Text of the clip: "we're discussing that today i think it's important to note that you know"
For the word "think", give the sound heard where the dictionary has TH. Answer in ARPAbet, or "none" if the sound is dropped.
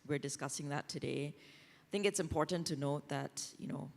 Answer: TH